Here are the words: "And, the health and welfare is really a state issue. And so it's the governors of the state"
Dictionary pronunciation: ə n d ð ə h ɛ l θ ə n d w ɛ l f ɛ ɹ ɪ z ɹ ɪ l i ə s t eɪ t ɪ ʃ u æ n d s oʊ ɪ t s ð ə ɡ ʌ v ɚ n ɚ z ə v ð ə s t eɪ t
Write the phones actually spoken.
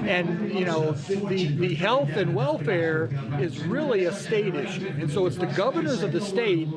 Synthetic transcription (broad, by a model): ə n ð ð ə h ɛ l θ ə n w ɛ l f ɛ ɹ ɪ z ɹ ɪ l i ə s t eɪ t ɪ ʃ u n s oʊ ɪ t s ð ə ɡ ʌ v ɚ n ɚ z ə v ð ə s t eɪ t